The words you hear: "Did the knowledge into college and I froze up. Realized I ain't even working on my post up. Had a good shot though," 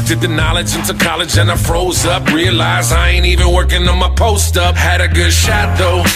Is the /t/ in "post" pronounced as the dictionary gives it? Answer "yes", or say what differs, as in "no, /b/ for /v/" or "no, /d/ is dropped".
yes